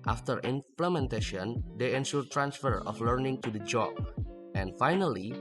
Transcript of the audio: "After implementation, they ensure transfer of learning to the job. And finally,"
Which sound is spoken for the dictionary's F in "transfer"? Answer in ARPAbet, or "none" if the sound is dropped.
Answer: F